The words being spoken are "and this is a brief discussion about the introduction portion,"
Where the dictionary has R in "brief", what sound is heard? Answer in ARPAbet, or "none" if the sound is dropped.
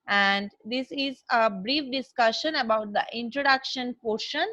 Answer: R